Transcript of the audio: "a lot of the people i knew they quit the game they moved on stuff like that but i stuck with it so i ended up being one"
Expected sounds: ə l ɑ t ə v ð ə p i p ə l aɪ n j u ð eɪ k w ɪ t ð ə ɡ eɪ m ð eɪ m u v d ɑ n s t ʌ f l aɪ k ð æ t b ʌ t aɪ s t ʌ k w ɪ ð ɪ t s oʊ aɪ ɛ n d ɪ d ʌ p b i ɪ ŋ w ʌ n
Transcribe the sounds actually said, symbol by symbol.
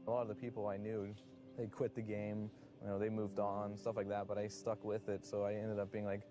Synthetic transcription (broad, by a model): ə l ɑ t ə v ð ə p i p l aɪ n j u ð eɪ k w ɪ t ð ə ɡ eɪ m ð eɪ m u v d n s t ʌ f l aɪ k ð æ t b ʌ t aɪ s t ʌ k w ɪ ð ɪ t s oʊ aɪ ɛ n d ɪ d ʌ p b i ɪ ŋ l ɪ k